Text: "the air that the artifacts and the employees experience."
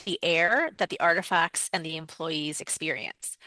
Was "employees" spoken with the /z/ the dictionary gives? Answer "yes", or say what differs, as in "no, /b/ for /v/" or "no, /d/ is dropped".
yes